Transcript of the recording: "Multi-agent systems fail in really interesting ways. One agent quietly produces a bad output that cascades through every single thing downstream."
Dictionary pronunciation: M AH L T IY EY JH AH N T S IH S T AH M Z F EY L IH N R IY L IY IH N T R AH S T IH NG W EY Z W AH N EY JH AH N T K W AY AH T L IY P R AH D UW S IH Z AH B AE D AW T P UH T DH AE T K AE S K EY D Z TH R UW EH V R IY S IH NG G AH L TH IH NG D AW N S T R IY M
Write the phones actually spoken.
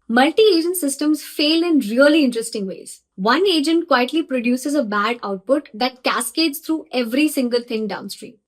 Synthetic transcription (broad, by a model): M AH L T IY EY JH AH N T S IH S T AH M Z F EY L IH N R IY L IY IH N T R AH S T IH NG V EY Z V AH N EY JH AH N T K W AY AH T L IY P R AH D UW S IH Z AH B AE D AW T P UH T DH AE T K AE S K EY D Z T R UW EH V R IY S IH NG G AH L T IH NG D AW N S T R IY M